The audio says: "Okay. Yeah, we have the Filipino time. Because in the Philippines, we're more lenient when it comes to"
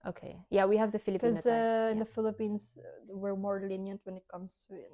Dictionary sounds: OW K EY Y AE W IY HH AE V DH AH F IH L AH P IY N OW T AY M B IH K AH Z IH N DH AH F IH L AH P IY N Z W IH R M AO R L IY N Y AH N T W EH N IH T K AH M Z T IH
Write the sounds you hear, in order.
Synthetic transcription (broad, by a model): OW K EY Y AE W IY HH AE V DH AH F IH L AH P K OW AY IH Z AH IH N DH AH F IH L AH P IY N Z W IH R M AO R L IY N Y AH N T W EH N IH T K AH M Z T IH